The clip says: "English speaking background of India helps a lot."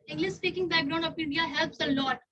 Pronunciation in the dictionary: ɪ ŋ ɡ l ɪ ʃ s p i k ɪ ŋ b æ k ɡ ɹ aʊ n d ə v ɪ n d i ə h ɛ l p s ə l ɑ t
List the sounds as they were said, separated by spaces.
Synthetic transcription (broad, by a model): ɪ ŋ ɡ l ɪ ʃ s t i k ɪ ŋ b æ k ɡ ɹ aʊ n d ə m ɪ n d i ə h ɛ l p s ə l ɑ t